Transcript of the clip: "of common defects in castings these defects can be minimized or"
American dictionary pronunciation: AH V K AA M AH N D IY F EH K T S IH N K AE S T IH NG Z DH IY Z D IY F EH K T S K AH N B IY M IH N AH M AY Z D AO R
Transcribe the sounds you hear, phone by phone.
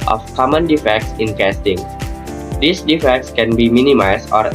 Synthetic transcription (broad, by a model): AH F K AA M AH N D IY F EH K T S IH N K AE S T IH NG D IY S D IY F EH K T S K AH N B IY M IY N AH M AY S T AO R